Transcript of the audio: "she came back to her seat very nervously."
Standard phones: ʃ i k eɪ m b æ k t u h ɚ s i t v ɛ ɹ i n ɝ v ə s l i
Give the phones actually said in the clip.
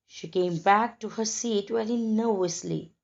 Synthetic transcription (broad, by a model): ʃ i k eɪ m b æ k t u h ɚ s i t w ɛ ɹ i n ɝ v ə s l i